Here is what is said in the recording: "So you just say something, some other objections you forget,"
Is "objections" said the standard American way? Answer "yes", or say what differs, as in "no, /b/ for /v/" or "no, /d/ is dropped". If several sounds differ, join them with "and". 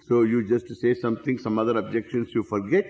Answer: no, /s/ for /z/